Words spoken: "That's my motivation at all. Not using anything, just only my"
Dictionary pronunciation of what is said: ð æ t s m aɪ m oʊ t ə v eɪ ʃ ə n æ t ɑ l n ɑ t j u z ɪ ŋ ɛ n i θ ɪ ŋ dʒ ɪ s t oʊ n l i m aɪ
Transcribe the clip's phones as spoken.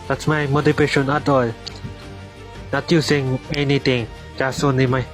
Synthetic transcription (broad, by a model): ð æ t s m aɪ m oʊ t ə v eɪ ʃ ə n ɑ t ɑ l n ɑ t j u s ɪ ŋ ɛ n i t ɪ ŋ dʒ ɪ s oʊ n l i m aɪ